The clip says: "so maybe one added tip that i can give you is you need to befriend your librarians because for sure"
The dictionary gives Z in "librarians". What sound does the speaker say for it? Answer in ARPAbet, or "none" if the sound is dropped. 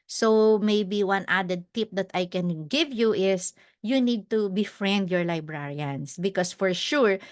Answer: S